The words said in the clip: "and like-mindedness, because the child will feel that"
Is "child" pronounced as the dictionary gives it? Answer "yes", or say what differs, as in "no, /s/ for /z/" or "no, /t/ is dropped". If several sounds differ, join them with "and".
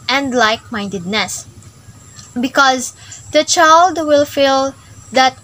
yes